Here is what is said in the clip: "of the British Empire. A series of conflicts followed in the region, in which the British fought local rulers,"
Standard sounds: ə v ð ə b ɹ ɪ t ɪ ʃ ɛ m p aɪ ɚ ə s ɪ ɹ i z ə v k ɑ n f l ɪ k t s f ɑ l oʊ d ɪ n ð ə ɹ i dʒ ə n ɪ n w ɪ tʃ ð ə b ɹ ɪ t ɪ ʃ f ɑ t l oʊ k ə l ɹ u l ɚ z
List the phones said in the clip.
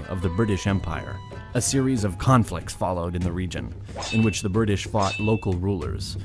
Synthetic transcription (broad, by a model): ə v ð ə b ɹ ɪ t ɪ ʃ ɛ m p aɪ ɚ ə s ɪ ɹ i z ə v k ɑ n f l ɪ k t s f ɑ l oʊ d ɪ n ð ə ɹ i dʒ ə n ɪ n w ɪ tʃ ð ə b ɹ ɪ t ɪ ʃ f ɑ t l oʊ k l ɹ u l ɚ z